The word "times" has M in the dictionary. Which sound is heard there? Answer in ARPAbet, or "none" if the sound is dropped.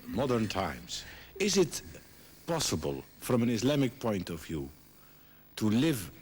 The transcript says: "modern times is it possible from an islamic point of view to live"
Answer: M